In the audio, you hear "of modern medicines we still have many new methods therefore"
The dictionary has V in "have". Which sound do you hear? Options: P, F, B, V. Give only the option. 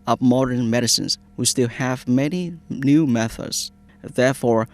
V